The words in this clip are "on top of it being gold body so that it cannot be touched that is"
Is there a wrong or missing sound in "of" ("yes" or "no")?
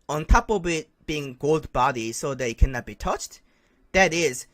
yes